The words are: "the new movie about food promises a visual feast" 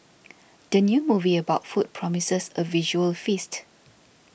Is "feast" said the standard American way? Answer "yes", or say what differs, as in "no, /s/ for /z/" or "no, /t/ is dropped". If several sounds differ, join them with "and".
yes